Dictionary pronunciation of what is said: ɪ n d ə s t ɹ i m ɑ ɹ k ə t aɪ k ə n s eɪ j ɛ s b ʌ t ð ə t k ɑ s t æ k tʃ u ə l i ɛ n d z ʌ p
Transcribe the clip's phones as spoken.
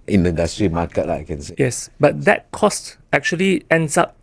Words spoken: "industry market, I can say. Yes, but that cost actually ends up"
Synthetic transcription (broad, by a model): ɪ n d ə s t ɹ i m ɑ k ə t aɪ k ə n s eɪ j ɛ s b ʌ t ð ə t k ɑ s t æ k tʃ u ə l i ɛ n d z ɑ p